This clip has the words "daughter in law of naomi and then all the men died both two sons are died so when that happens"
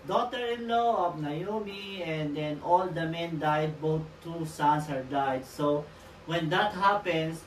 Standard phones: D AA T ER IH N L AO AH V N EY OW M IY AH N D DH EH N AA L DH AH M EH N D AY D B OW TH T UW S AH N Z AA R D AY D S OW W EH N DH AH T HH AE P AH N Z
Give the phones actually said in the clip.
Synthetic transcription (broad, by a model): D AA T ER IH N L AO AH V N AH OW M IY AH N D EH N AA L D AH M EH N D AY D B OW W T UW S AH N S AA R D AY D S OW W EH N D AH T HH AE P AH N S